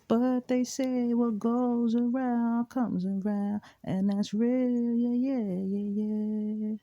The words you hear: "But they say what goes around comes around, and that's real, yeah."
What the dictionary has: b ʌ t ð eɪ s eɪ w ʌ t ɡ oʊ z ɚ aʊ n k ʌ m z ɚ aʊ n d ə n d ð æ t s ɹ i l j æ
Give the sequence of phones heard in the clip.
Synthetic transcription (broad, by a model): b ʌ t ð eɪ s eɪ w ʌ t ɡ oʊ z ɚ aʊ n k ʌ m z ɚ aʊ n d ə n ð æ t s ɹ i l j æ